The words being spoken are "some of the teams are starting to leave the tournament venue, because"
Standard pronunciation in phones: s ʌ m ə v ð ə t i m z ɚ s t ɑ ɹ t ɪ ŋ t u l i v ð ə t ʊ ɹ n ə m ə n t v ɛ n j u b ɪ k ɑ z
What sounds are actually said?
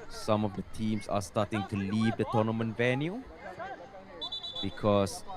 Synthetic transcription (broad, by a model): s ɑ m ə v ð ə t i m s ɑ s t ɑ t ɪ ŋ t u l i v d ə t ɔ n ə m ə n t v ɛ n j u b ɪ k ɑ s